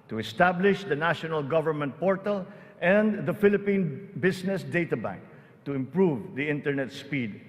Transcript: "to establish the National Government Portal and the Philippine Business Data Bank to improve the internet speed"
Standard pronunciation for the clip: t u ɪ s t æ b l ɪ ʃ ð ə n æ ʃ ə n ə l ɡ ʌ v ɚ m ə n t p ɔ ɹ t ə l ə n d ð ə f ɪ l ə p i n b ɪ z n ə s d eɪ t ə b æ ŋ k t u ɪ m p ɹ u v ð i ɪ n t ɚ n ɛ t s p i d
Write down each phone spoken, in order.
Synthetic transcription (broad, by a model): t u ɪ s t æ b l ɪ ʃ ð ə n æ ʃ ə n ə l ɡ ʌ v ɚ m ə n t p ɔ ɹ t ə l ə n d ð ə f ɪ l ə p i n b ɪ s n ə s d eɪ t ə b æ ŋ k t u ɪ m p ɹ u v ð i ɪ n t ɚ n ɛ t s p i d